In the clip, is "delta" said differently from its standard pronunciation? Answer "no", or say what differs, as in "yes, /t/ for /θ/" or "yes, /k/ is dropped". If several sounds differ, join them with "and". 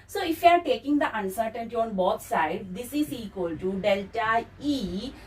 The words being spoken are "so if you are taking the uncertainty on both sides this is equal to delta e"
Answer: no